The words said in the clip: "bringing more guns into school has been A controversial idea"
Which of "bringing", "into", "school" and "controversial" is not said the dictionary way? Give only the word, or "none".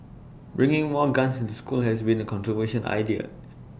controversial